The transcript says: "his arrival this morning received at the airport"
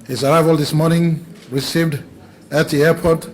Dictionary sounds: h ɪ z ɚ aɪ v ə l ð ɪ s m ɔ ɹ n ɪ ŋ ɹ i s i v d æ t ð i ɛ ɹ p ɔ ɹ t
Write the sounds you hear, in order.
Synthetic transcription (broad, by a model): h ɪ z ɚ aɪ v ə l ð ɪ s m ɔ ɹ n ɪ ŋ ɹ i s i v d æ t ð i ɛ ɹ p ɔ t